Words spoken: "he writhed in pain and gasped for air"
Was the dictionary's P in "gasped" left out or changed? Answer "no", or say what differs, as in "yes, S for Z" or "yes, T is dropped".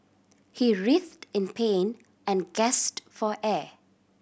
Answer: yes, P is dropped